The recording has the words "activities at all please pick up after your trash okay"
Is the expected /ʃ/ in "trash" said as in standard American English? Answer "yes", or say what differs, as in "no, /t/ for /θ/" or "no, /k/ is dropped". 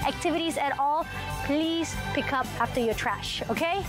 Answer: yes